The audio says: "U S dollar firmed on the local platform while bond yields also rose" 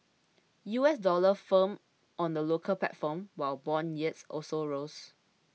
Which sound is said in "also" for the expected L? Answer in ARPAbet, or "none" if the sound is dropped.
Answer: L